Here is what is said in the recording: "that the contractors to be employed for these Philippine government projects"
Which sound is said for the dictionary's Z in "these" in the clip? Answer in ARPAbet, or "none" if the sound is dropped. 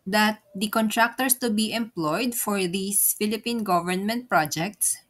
S